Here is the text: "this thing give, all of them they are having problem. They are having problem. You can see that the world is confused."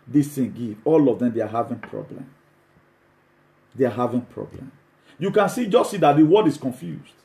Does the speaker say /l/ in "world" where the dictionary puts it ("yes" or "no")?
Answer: no